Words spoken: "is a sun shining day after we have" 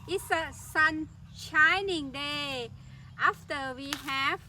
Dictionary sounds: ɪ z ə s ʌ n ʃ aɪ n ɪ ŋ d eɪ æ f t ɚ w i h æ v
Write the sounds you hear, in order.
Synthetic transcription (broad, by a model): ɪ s ə s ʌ n ʃ aɪ n ɪ ŋ d eɪ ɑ f t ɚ w i h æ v